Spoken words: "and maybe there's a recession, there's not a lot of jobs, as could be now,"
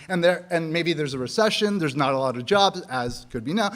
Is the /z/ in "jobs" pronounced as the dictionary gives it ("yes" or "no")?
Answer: yes